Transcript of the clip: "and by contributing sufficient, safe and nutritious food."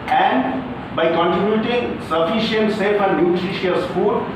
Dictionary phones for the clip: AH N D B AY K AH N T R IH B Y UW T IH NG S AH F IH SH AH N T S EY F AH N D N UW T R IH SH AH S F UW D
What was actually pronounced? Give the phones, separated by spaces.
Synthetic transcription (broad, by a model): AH N D B AY K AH N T IH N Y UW T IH NG S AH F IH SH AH N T S EY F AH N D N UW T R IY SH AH S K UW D